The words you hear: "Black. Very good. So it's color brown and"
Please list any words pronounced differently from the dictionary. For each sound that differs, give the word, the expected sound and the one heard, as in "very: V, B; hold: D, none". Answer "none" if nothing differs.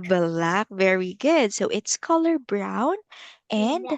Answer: none